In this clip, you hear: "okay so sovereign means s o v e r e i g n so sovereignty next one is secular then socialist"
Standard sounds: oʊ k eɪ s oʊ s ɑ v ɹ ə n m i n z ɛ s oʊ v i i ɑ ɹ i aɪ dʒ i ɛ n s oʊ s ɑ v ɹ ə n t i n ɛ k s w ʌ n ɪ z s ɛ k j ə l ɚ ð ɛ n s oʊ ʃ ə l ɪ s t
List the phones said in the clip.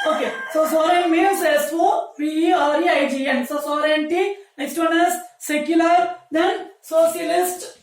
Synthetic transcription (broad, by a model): oʊ k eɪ s oʊ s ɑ ɹ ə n m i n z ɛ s oʊ f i i ɑ ɹ i aɪ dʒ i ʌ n s oʊ s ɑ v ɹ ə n t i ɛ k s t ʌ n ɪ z s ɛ k j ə l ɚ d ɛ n s oʊ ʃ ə l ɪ s t